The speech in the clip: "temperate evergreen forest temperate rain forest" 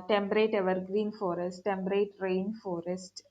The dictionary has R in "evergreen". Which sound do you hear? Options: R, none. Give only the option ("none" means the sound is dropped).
R